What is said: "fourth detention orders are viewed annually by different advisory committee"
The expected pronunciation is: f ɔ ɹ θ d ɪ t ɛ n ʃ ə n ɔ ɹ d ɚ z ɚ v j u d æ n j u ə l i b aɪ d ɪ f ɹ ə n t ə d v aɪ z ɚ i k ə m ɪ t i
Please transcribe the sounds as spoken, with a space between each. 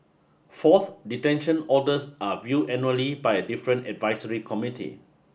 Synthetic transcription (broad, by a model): f ɔ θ d ɪ t ɛ n ʃ ə n ɔ d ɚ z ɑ v j u ɛ n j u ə l i b aɪ d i f ɹ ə n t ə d v aɪ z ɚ i k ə m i t i